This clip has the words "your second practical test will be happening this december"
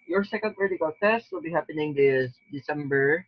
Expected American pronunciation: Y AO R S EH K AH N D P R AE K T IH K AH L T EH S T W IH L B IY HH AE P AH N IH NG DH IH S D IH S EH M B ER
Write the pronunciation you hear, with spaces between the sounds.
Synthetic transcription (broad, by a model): Y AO R S EH K AH N D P EH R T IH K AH L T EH S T W IH L B IY HH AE P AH N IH NG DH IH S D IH S EH M B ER